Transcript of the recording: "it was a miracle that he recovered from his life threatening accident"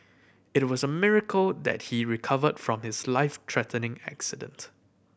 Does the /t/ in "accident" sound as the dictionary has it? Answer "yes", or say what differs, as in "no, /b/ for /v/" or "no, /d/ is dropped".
yes